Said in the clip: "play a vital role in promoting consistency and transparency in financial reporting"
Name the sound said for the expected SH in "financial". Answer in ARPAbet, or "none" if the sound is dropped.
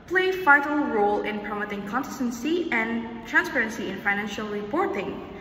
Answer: SH